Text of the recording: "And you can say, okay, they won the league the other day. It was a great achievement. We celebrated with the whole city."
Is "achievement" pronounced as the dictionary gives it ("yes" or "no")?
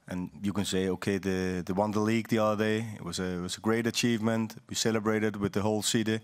yes